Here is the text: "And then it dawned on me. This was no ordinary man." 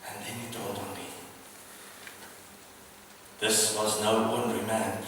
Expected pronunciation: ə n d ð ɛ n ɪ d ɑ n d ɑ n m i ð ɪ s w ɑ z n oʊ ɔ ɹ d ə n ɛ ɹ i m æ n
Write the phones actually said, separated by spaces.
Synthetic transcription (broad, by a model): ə n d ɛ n ɪ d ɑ d ɑ n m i ð ɪ s w ɑ z n oʊ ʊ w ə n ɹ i m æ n